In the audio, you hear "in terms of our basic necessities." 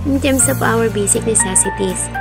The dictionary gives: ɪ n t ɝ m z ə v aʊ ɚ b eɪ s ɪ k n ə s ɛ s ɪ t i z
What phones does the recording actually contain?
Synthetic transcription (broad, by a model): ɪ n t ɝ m s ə p aʊ ɚ b eɪ s ɪ k n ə s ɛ s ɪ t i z